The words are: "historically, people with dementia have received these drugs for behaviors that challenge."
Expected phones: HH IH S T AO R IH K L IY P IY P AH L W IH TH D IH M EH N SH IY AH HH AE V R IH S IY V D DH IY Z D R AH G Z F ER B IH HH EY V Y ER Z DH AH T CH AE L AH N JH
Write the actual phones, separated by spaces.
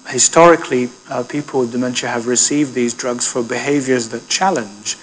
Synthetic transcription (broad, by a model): HH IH S T AO R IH K L IY P IY P AH L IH D IH M EH N SH IY AH V R IH S IY V D DH IY Z D R AH G Z F ER B IH HH EY V Y ER Z DH AH T CH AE L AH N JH